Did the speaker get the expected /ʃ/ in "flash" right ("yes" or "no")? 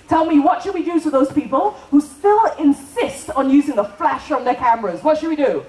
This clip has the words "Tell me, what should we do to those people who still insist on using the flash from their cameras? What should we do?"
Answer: yes